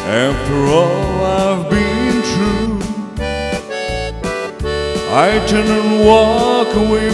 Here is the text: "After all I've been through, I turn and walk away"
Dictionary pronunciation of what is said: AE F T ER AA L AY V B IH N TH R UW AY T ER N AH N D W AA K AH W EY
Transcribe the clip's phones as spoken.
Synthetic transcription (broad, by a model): AE F T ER AA L AY V B IH N T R UW AY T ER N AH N W AA K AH W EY